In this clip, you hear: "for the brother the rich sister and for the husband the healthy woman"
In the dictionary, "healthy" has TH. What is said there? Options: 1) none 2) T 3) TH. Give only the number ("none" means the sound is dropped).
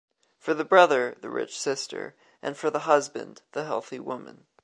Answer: 3